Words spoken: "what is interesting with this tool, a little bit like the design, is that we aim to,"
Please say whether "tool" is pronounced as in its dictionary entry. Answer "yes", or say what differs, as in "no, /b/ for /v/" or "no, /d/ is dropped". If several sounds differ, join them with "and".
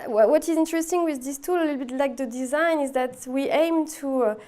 yes